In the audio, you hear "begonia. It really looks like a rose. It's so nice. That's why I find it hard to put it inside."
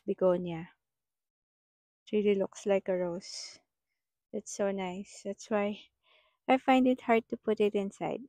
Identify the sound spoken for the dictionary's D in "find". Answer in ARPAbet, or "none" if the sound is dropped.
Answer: D